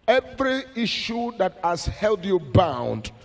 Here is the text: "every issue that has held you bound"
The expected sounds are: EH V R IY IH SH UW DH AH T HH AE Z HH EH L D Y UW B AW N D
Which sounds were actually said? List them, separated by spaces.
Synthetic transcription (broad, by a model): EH V R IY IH SH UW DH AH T HH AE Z HH EH L D Y UW B AW N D